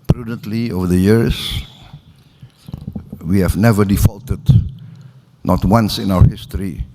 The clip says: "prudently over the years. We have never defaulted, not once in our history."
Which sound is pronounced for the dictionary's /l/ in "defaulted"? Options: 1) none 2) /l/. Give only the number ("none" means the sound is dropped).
2